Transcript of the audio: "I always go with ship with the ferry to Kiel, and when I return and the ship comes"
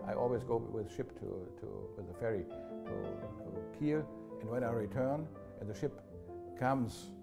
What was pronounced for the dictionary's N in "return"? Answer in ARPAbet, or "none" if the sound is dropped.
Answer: N